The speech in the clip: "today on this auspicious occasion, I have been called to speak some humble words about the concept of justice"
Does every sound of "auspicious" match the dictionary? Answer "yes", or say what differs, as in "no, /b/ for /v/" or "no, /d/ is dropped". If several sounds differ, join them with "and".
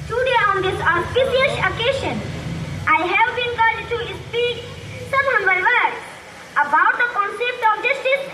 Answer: no, /s/ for /ʃ/